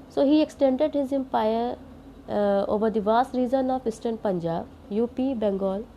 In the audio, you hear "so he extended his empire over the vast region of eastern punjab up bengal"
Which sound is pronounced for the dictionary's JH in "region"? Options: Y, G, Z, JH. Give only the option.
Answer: Z